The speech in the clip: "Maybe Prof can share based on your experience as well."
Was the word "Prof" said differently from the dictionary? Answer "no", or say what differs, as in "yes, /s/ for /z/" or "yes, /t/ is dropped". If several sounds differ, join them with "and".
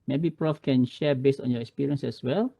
no